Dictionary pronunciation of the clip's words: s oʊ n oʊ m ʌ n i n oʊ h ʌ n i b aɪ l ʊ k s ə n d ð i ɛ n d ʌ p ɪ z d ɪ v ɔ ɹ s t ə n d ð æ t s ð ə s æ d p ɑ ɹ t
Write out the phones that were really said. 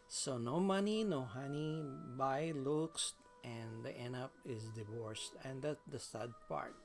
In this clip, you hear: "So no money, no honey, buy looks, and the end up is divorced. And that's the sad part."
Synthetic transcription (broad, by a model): s oʊ n oʊ m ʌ n i n oʊ h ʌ n i b aɪ l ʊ k s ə n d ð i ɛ n ʌ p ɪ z d ɪ v ɔ ɹ s t ə n d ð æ t s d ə s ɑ d p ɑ ɹ t